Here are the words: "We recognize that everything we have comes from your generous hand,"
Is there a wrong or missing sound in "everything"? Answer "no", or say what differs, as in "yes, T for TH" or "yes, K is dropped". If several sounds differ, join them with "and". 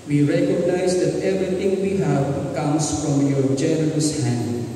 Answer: yes, T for TH